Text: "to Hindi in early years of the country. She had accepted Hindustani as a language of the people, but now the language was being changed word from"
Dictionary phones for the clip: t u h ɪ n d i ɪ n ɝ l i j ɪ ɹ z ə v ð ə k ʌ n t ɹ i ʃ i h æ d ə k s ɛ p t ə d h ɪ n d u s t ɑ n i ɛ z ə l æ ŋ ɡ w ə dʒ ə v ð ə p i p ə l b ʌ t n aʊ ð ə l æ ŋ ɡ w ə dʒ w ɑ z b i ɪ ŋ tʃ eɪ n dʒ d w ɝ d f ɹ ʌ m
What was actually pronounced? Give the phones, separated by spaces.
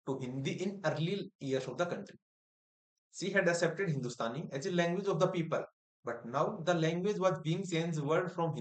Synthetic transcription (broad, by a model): t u h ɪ n d i ɪ n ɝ l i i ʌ ɹ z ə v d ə k ʌ n t ɹ i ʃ i h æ d ə k s ɛ p t ə d h ɪ n d u s t ɑ n i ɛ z ə l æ ŋ ɡ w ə dʒ ə v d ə p i p ə l b ʌ t n aʊ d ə l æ ŋ ɡ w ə dʒ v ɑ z b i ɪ ŋ s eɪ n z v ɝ d f ɹ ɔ m